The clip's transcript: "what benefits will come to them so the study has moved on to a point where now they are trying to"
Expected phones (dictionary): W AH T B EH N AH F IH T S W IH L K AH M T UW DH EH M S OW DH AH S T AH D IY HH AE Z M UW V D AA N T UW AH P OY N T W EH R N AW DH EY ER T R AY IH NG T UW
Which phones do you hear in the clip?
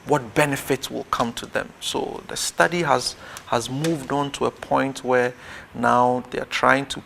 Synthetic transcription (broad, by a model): W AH T B EH N AH F IH T S W IH L K AH M T UW DH EH M S OW DH AH S T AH D IY HH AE Z M UW V D AA N T UW AH P OY N T W EH R N AW DH EY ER T R AY IH NG T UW